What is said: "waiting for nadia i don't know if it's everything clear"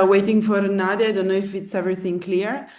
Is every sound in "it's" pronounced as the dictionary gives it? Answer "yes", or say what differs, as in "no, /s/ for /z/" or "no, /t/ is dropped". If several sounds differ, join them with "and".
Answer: yes